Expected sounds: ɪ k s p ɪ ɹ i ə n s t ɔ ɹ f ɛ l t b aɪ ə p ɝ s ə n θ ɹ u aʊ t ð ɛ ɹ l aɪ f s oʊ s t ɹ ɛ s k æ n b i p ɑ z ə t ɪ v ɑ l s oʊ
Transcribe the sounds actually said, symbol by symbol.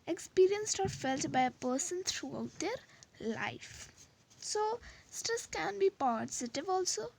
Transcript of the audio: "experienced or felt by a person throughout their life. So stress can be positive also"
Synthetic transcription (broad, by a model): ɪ k s p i ɹ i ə n s t ɔ ɹ f ɛ l t b aɪ ə p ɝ s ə n t ɹ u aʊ t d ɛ ɹ l aɪ f s oʊ s t ʌ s k æ n b i p ɑ z ə t ɪ v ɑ l s oʊ